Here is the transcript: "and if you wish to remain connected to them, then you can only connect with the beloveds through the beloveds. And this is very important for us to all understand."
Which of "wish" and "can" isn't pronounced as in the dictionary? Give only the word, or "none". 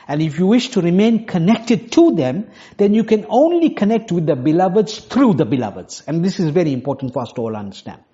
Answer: none